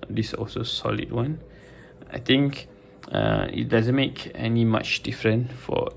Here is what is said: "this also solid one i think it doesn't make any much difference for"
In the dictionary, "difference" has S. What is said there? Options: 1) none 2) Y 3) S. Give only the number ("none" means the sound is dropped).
1